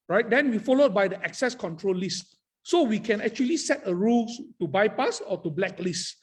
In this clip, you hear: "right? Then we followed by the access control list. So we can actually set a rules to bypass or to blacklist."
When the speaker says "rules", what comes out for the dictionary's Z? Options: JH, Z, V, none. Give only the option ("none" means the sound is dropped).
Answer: none